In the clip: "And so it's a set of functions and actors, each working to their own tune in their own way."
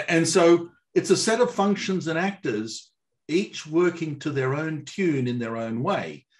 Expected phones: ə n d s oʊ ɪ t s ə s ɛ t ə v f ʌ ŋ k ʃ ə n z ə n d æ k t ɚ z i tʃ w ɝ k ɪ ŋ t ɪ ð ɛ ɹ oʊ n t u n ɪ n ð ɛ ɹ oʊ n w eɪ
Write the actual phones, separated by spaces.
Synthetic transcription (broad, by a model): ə n s oʊ ɪ t s ə s ɛ t ə v f ʌ ŋ k ʃ ə n z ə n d æ k t ɚ z i tʃ w ɝ k ɪ ŋ t ɪ ð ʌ ɹ oʊ n t u n ɪ n ð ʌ ɹ oʊ n w eɪ